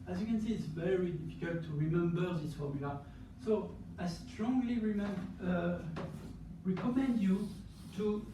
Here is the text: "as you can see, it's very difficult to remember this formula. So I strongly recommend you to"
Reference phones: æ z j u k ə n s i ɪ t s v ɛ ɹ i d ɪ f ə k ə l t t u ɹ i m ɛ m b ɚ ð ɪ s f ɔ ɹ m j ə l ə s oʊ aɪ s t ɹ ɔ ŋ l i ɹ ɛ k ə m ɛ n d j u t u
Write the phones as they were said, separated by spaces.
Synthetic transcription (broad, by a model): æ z j u k ə n s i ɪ t s v ɛ ɹ i d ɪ f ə k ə l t t u ɹ i m ɛ m b ɚ ð ɪ s f ɔ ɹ m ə l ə s oʊ aɪ s t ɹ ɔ ŋ l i ɹ ɛ k ə m ɛ n d j u t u